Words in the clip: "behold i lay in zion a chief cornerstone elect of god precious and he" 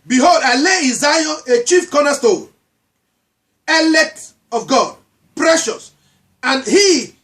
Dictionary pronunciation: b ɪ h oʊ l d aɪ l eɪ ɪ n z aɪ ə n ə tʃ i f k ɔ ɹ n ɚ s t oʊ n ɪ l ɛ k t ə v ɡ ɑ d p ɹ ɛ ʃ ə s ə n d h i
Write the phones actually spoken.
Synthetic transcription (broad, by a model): b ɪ h oʊ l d aɪ l eɪ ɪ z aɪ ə ə tʃ i f k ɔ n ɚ s t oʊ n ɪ l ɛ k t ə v ɡ ɑ d p ɹ ɛ ʃ ə s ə n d h i